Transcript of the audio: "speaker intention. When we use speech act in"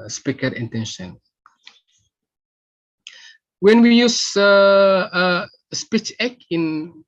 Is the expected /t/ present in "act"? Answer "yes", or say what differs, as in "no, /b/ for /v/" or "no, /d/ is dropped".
no, /t/ is dropped